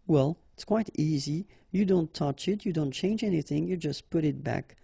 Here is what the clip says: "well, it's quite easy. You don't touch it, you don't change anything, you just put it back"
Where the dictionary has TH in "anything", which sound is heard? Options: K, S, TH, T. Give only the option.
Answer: TH